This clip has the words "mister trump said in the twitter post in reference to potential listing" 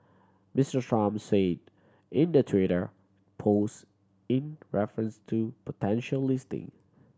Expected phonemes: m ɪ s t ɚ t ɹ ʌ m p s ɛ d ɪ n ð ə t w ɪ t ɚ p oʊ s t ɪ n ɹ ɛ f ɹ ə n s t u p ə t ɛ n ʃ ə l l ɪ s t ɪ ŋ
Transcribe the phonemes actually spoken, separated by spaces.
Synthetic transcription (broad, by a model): m ɪ s t ɚ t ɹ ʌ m s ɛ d ɪ n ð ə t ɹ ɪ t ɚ p oʊ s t ɪ n ɹ ɛ f ɹ ə n s t u p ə t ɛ n ʃ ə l l ɪ s t ɪ ŋ